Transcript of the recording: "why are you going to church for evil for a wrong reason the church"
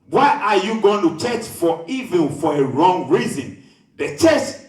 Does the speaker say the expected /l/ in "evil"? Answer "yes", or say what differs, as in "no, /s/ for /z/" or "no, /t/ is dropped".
no, /n/ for /l/